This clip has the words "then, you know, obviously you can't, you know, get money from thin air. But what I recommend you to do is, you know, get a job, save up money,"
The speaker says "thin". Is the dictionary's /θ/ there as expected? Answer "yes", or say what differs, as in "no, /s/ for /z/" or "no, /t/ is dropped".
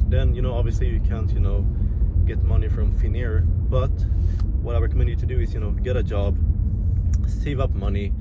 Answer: no, /f/ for /θ/